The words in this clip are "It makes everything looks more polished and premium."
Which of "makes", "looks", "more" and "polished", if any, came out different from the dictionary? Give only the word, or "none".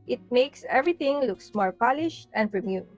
none